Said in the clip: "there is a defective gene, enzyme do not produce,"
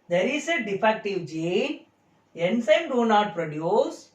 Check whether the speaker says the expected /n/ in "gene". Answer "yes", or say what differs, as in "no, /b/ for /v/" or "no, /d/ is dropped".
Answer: no, /n/ is dropped